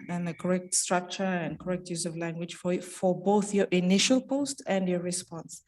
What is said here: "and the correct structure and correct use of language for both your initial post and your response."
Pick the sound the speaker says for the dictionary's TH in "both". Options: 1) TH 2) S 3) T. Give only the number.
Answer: 1